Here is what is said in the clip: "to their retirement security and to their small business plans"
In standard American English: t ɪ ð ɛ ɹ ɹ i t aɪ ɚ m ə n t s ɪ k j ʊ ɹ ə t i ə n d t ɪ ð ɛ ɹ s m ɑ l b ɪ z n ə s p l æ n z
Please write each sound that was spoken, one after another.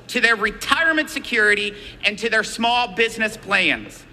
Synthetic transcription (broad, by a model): t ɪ ð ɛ ɹ ɹ i t aɪ ɚ m ə n t s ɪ k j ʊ ɹ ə t i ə n t ɪ ð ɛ ɹ s m ɑ l b ɪ z n ə s p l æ n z